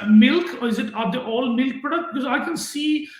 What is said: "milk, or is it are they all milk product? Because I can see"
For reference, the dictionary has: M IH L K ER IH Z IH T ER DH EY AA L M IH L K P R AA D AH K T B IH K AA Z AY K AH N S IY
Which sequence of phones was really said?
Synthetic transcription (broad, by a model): M IH L K IH Z IH T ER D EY AA L M IH L K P AA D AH T B IH K AA Z AY K AH N S IY